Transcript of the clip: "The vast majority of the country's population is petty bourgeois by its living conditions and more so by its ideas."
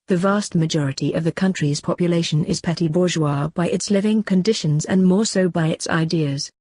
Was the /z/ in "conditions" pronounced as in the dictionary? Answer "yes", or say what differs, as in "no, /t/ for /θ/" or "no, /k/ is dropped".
yes